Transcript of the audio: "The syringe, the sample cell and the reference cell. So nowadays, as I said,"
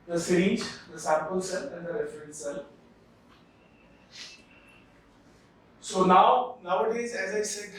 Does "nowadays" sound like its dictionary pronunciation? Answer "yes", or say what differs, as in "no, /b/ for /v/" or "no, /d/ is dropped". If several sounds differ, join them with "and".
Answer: yes